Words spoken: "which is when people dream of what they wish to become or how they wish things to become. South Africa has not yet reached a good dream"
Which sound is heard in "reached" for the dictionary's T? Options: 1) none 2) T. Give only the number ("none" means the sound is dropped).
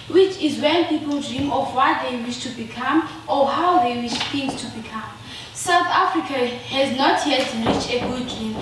1